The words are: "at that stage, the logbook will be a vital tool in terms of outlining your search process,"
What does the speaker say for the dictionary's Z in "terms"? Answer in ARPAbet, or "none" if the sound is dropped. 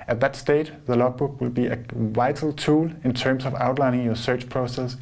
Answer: S